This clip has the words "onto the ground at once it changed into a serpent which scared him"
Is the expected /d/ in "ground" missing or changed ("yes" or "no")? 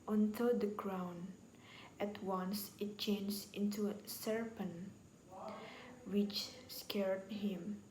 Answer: yes